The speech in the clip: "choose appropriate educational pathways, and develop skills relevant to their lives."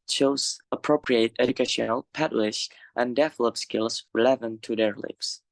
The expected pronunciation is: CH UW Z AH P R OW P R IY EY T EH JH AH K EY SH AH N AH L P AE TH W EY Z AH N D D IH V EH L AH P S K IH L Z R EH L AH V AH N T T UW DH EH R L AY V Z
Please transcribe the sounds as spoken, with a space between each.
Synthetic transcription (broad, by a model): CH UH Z AH P R OW P R IY EY T EH JH AH K EY SH AH N AH L P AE T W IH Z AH N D D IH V L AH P S K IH L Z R L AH V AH N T T UW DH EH R L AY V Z